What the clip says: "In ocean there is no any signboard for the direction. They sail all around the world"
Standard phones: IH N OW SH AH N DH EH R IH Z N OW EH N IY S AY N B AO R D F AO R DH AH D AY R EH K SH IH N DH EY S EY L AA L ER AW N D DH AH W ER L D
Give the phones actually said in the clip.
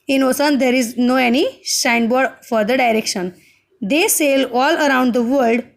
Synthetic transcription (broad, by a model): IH N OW S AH N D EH R IH Z N OW EH N IY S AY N B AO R D F AO R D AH D AY R EH K SH IH N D EY S EY L AA L ER AW N D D AH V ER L D